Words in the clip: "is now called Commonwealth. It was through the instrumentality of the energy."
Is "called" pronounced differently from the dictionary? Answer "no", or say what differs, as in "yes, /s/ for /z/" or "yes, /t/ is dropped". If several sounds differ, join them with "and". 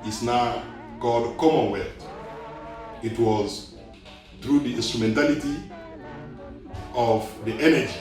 yes, /l/ is dropped